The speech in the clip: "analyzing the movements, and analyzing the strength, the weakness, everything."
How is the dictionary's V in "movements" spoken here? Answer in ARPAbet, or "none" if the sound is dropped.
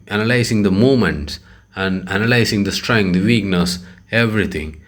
none